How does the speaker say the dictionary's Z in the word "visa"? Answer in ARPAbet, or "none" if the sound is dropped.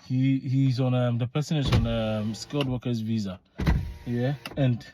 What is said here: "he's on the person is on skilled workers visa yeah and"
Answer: Z